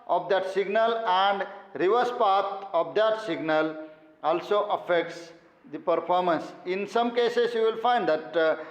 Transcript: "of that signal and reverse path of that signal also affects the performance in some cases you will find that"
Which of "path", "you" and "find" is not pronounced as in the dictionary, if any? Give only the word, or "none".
path